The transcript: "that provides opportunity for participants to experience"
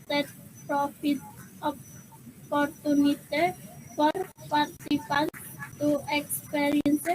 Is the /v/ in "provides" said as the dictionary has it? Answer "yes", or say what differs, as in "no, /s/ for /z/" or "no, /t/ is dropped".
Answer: no, /f/ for /v/